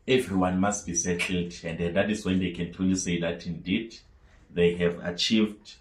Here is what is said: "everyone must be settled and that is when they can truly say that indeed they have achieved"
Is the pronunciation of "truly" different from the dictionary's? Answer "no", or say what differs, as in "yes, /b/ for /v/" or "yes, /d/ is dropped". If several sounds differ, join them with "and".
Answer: yes, /ɹ/ is dropped